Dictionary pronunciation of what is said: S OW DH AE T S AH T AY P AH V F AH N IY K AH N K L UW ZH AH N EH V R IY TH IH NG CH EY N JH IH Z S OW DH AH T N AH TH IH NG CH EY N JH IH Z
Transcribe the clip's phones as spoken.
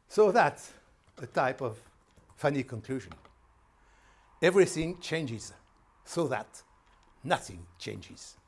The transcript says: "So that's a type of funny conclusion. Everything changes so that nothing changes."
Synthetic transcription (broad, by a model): S OW DH AE T S AH T AY P AH V F AH N IY K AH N K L UW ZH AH N EH V R IY TH IH NG CH EY N JH IH Z S OW DH AH T N AH TH IH NG CH EY N JH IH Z